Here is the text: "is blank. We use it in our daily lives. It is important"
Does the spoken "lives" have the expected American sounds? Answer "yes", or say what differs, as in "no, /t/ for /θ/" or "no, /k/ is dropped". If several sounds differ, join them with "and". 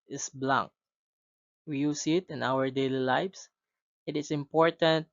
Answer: no, /s/ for /z/